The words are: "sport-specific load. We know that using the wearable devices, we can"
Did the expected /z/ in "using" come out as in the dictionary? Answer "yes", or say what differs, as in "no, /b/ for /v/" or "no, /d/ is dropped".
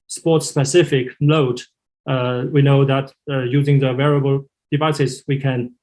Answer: yes